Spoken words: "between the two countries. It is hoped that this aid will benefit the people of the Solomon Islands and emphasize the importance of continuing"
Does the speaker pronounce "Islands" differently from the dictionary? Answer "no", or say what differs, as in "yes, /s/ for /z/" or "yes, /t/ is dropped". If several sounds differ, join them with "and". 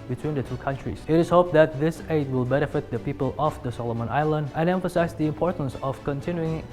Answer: yes, /z/ is dropped